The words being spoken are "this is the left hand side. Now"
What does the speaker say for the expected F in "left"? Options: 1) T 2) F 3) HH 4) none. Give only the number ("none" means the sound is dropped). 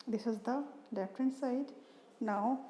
4